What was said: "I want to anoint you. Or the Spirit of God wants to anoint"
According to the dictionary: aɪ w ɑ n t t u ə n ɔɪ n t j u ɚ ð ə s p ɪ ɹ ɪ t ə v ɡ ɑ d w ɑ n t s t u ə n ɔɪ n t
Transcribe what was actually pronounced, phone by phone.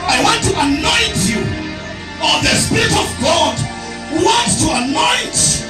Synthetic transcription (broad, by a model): aɪ w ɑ n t t u ə n ɔɪ n t j u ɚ ð ə s p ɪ ɹ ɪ t ə v ɡ ɑ d w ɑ n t t u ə n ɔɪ n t